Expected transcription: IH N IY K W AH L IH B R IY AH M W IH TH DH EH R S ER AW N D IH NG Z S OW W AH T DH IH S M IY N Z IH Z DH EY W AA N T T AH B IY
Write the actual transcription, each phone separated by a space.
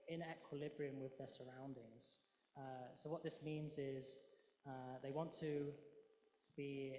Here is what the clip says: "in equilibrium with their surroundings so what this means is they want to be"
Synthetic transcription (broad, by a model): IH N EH K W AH L IH B R IY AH M W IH DH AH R S ER AW N D IH NG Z S OW W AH T DH IH S M IY N Z IH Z DH EY W AA N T T AH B IY